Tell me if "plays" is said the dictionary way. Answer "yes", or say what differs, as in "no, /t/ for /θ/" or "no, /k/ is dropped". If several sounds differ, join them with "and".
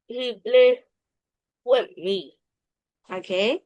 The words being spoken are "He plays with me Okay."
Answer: no, /b/ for /p/ and /z/ is dropped